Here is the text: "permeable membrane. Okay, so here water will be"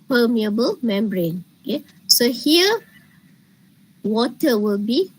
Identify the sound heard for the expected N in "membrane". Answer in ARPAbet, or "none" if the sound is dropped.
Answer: N